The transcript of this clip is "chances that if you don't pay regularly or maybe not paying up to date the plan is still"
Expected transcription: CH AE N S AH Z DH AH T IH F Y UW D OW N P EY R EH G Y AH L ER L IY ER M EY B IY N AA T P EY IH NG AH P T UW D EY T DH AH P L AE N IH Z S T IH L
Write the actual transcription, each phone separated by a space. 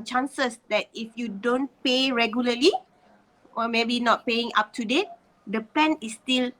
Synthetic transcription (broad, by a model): CH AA N S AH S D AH T IH F Y UW D OW N P EY R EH G Y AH L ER L IY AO M EY B IY N AA T P EY IH NG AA P T UW D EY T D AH P EH N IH S T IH L